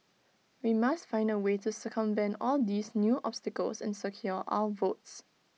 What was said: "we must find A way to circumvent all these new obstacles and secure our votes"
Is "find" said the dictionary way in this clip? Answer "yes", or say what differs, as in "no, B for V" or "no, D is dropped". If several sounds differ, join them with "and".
yes